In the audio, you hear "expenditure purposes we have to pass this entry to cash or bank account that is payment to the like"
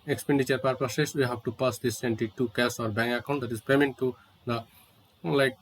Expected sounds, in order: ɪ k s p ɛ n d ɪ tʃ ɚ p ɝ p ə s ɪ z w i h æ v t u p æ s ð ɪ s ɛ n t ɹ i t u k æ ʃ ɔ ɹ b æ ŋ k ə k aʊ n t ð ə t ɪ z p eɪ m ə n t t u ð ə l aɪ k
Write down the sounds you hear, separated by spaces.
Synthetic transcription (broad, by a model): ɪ k s p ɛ n d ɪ tʃ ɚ p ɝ p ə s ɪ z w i h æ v t u p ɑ s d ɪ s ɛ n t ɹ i t u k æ s ɔ ɹ b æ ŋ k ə k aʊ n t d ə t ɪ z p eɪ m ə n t t u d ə l aɪ k